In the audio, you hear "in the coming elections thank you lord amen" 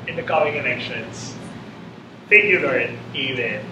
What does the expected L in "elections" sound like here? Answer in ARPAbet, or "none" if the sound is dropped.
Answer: N